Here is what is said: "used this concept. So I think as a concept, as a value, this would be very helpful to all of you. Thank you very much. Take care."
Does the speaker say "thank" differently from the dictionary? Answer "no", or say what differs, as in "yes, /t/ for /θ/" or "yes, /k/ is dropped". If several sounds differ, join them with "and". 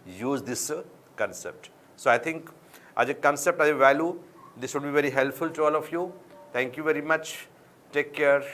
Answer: yes, /t/ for /θ/